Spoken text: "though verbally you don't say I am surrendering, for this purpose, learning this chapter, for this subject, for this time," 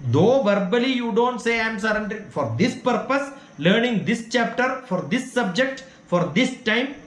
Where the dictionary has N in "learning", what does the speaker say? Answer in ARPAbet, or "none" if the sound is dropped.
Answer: N